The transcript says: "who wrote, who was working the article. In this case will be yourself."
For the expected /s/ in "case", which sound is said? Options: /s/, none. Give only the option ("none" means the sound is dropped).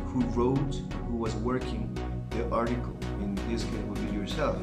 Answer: none